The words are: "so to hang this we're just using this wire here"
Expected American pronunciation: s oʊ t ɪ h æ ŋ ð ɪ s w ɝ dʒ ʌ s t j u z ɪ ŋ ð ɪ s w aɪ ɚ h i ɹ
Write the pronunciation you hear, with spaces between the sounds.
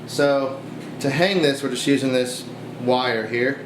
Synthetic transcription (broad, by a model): s oʊ t ɪ h æ ŋ ð ɪ s w ɝ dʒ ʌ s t j u z ɪ ŋ ð ɪ s w aɪ ɚ h i ɹ